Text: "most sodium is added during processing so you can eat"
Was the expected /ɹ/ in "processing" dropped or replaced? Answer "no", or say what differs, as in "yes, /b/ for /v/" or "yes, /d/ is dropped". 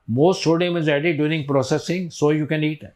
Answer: no